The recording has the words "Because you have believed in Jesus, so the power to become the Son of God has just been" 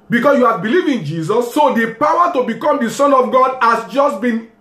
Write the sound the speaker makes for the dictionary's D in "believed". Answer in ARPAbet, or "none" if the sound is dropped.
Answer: none